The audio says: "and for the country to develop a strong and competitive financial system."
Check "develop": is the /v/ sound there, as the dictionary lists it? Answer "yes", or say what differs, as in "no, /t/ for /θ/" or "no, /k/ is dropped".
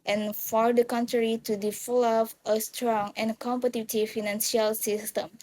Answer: no, /f/ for /v/